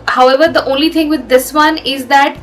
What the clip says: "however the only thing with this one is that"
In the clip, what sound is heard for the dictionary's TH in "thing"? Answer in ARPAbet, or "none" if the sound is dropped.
T